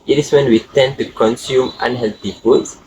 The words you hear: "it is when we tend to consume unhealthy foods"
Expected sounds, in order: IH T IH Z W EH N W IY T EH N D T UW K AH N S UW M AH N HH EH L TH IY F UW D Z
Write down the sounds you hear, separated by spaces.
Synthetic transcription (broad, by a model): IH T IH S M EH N W IY T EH N T UW K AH N S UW M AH N HH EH L T IY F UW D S